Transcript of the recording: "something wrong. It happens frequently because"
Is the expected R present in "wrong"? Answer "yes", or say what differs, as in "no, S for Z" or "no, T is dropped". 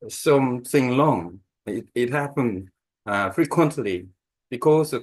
no, L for R